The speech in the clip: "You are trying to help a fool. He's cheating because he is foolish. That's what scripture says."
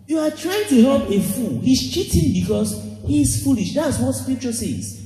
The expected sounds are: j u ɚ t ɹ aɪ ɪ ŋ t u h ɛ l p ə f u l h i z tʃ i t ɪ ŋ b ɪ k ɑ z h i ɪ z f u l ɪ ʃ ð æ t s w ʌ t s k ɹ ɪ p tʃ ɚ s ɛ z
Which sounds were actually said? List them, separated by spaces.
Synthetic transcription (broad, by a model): j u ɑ t ɹ aɪ ɪ ŋ t u h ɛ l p ə f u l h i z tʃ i t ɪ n b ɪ k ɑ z h i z f u l ɪ ʃ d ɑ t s w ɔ t s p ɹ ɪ tʃ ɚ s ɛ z